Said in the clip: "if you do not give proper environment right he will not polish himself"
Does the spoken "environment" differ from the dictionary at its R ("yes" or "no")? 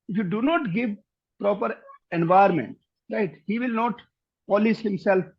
yes